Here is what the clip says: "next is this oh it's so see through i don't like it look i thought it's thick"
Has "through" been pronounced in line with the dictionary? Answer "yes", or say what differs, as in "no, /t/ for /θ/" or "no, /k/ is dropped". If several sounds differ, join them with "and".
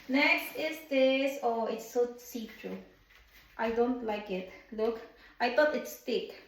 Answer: no, /t/ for /θ/